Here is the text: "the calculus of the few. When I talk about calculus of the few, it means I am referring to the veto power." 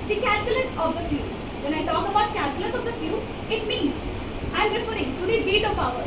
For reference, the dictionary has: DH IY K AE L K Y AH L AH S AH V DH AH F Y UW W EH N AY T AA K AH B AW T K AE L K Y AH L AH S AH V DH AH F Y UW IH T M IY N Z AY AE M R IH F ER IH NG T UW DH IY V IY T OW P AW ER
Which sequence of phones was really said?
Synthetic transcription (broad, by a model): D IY K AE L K Y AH L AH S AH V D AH F Y UW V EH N AY T AA K AH B AW T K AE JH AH L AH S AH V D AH F Y UW IH T M IY N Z AY M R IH F ER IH NG T UW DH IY B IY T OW P AW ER